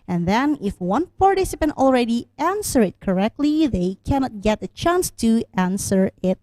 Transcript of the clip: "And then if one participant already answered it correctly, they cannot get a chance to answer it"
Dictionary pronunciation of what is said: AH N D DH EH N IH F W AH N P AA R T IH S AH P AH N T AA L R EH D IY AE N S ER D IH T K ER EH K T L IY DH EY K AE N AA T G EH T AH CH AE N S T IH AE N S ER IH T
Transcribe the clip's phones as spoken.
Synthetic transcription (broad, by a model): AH N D DH EH N IH F W AH N F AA R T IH S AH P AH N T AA L R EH D IY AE N S ER IH T K ER EH K T L IY DH EY K AE N AA T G EH T AH CH AE N S T IH AE N S ER IH T